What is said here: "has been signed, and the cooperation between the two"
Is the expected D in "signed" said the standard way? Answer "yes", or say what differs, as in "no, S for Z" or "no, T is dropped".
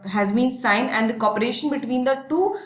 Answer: no, D is dropped